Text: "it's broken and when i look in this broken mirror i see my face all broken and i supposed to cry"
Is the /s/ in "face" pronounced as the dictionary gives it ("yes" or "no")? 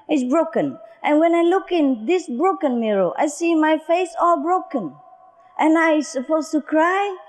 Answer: yes